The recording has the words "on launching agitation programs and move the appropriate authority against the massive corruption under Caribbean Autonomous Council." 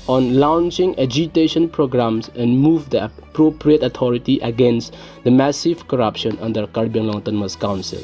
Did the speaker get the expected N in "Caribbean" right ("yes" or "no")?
no